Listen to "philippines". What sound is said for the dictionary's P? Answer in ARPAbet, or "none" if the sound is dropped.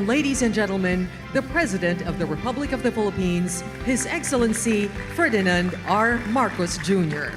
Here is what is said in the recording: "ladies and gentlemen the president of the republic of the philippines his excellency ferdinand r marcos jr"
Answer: P